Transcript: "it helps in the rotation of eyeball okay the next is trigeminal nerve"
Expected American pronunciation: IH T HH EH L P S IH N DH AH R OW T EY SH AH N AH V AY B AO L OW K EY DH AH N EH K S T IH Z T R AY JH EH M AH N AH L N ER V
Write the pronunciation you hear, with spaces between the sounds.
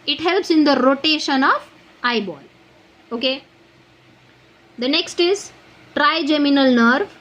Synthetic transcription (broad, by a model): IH T HH EH L P S IH N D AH R OW T EY SH AH N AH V AY B AO L OW K EY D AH N EH K S T IH Z T R AY JH EH M AH N AH L N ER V